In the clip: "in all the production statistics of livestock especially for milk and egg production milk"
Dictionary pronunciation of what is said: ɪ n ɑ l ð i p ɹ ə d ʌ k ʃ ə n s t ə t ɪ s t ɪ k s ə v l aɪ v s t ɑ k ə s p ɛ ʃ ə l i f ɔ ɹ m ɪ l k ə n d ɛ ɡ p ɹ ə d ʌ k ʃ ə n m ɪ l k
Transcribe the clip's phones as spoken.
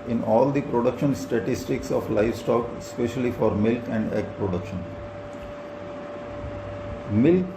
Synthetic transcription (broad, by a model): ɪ n ɑ l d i p ɹ ə d ʌ k ʃ ə n s t ə t ɪ s t ɪ k s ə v l aɪ v s t ɑ k ə s p ɛ ʃ ə l i f ɔ ɹ m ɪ l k ə n d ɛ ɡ p ɹ ə d ʌ k ʃ ə n m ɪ l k